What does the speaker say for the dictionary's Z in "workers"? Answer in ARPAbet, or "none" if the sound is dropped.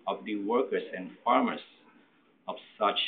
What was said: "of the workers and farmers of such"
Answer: S